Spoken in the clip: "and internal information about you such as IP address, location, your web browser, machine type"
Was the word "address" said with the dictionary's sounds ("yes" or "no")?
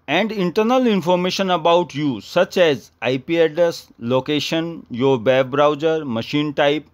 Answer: no